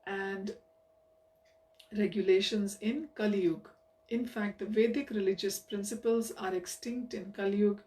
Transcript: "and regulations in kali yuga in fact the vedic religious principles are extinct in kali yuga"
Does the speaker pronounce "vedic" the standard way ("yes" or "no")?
yes